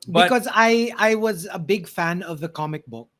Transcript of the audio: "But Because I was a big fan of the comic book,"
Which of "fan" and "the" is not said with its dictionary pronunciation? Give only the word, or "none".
none